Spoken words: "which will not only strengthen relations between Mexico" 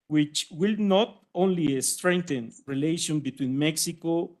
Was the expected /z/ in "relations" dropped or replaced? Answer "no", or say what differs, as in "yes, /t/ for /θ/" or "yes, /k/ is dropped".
yes, /z/ is dropped